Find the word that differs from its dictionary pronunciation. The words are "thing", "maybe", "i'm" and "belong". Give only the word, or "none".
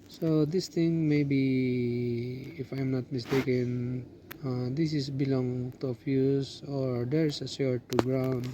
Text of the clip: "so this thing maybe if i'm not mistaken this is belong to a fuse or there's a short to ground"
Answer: thing